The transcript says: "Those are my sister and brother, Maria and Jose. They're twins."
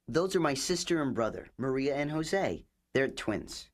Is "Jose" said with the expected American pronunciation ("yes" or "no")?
yes